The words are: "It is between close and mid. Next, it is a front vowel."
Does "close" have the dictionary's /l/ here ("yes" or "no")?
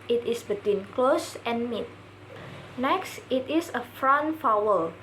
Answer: yes